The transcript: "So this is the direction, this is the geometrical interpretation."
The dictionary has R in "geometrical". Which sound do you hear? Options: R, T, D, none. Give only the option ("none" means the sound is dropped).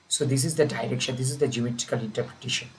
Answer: none